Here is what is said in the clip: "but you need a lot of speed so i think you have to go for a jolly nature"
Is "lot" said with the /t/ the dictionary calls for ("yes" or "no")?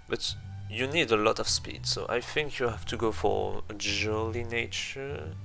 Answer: yes